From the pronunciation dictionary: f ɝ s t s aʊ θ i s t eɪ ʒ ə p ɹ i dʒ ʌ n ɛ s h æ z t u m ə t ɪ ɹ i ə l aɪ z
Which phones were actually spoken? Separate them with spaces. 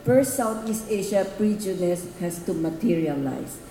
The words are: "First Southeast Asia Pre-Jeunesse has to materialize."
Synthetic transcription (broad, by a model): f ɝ s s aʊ t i s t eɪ ʃ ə p ɹ i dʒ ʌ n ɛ s h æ s t u m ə t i ɹ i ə l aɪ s